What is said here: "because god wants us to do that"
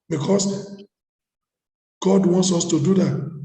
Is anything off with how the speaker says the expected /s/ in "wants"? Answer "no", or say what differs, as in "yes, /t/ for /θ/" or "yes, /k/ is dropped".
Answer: no